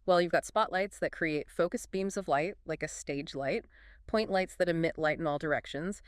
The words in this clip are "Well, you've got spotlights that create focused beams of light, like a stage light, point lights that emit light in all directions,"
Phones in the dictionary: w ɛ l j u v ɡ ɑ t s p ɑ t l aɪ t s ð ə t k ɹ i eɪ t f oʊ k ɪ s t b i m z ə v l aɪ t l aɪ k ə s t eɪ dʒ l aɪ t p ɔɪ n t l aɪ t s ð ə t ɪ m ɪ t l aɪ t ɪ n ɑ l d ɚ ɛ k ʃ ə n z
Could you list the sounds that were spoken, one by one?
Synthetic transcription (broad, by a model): w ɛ l j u v ɡ ɑ t s p ɑ t l aɪ t s ð ə t k ɹ i eɪ t f oʊ k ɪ s b i m z ə v l aɪ t l aɪ k ə s t eɪ dʒ l aɪ t p ɔɪ n t l aɪ t s ð ə t ɪ m ɪ t l aɪ t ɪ n ɑ l d ɚ ɛ k ʃ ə n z